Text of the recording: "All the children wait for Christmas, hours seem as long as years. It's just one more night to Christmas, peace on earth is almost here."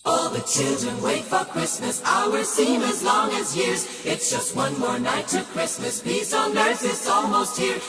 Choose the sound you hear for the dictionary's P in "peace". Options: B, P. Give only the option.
B